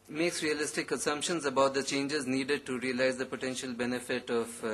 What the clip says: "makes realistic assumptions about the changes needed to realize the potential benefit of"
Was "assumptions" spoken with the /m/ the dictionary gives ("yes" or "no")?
yes